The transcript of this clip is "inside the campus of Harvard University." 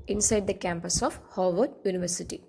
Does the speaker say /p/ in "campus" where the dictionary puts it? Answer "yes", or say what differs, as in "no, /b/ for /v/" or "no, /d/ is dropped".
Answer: yes